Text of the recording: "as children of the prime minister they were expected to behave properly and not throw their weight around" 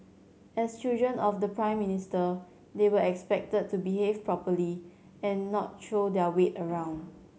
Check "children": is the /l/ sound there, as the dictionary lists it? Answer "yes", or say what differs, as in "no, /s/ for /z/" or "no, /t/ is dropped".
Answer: no, /l/ is dropped